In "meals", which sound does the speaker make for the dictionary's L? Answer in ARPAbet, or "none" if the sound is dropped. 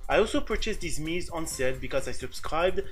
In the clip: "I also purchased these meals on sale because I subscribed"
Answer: none